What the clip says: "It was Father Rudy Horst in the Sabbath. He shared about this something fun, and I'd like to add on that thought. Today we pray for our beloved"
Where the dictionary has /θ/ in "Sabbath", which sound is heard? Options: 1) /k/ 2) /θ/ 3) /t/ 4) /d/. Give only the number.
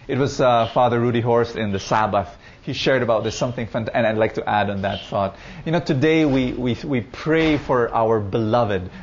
2